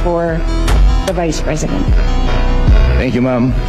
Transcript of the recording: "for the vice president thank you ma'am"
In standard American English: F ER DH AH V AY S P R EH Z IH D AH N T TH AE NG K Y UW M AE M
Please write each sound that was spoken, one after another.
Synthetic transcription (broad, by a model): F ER DH AH V AY S P R EH Z IH D AH N T TH AE NG K Y UW M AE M